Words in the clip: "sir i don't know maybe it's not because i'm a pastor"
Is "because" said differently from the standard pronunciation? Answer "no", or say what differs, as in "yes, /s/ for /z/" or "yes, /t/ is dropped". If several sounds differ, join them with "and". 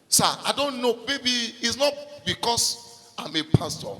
yes, /s/ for /z/